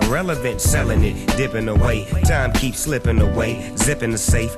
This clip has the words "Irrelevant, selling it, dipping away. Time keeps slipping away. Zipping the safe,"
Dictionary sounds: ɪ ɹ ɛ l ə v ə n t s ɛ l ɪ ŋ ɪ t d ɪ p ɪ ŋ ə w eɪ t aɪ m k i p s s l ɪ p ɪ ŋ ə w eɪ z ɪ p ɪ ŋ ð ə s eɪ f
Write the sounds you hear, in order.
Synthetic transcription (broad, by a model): ɹ ɛ l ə v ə n t s ɛ l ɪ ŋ ɪ t d ɪ p ɪ ŋ ə w eɪ t aɪ m k i p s s l ɪ p ɪ ŋ ə w eɪ z ɪ p ɪ ŋ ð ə s eɪ f